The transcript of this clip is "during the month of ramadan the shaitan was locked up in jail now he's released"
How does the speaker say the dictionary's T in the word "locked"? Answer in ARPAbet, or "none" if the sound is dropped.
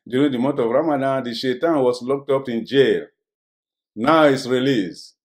T